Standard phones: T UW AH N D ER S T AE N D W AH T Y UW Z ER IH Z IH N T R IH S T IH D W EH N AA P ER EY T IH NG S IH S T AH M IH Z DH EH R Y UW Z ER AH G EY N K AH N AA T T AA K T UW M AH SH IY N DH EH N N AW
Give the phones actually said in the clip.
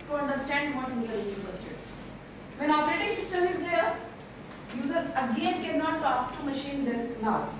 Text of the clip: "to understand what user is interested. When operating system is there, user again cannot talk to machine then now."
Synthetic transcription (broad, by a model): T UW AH N D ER S T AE N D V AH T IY S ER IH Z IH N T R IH S T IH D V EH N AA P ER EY T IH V S IH S T AH M IH Z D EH R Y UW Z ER AH G EY N K AH N AA T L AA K T UW M AH SH IY N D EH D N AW